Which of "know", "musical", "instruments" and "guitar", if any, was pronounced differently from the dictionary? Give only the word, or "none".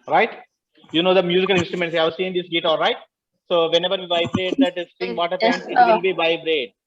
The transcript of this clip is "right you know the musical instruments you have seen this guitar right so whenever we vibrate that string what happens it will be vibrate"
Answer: guitar